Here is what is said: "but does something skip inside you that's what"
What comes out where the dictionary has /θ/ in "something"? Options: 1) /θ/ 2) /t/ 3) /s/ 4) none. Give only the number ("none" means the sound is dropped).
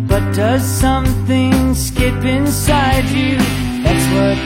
1